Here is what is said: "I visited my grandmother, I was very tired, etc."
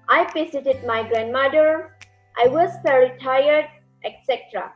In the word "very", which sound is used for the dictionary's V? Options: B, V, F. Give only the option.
F